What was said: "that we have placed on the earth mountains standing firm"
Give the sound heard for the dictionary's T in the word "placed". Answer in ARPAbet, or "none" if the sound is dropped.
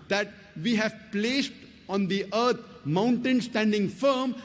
T